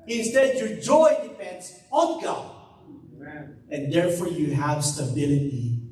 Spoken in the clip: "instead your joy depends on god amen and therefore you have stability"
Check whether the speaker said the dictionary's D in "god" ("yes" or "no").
no